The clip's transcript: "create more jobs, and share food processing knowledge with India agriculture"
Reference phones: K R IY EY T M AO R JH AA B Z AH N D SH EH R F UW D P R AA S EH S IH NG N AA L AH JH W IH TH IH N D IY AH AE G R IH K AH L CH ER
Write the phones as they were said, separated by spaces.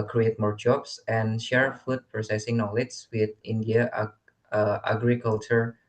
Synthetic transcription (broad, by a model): K R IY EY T M AO R JH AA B S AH N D SH EH R F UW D P R AA S EH S IH NG N AA L AH JH W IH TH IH N D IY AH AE G R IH K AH L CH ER